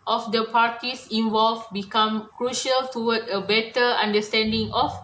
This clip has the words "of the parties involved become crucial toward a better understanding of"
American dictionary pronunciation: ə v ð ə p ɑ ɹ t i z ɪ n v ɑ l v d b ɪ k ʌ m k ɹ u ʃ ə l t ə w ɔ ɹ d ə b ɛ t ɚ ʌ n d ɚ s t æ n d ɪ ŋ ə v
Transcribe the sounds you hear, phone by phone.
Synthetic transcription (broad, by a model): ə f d ə p ɑ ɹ t i s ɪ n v ɑ l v b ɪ k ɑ m k ɹ u ʃ ə l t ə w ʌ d ə b ɛ t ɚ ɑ n d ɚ s t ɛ n d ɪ ŋ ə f